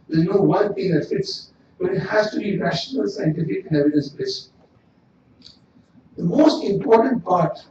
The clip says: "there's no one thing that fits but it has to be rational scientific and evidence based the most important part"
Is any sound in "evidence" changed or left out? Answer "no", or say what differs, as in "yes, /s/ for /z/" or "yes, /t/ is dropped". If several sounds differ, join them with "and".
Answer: yes, /n/ is dropped